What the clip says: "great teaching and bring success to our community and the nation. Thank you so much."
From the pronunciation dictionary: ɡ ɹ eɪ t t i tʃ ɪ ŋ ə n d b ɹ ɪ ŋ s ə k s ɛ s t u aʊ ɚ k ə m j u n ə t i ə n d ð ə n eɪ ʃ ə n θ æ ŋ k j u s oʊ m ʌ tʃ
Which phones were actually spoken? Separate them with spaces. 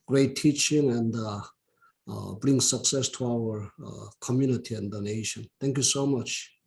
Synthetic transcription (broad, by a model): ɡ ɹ eɪ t t i tʃ ɪ ŋ ə n d b ɹ ɪ ŋ s ə k s ɛ s t u aʊ ɚ k ə m j u n ə t i ə n d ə n eɪ ʃ ə n t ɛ ŋ k j u s oʊ m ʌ tʃ